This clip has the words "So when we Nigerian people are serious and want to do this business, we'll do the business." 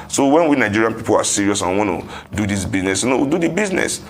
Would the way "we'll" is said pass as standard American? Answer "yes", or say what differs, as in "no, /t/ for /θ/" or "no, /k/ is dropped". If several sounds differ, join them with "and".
no, /w/ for /l/